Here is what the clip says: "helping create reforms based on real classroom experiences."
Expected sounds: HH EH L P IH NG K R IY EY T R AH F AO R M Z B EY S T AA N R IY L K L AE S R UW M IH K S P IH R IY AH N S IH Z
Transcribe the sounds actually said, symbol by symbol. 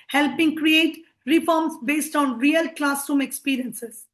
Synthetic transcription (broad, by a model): HH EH L P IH NG K R IY EY T R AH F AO R M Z B EY S T AA N R IY L K L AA S UW M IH K S P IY R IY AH N S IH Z